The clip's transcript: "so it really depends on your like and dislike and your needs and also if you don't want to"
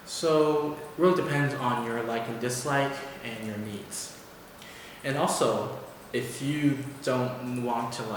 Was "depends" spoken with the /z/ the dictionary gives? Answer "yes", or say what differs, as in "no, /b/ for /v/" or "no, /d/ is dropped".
yes